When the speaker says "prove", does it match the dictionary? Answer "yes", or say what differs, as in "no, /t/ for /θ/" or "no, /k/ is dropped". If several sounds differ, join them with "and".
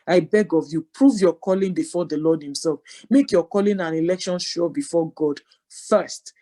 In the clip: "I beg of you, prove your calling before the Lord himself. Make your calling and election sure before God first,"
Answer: yes